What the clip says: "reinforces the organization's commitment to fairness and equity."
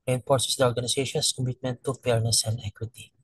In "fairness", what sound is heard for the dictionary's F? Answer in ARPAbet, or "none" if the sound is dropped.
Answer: P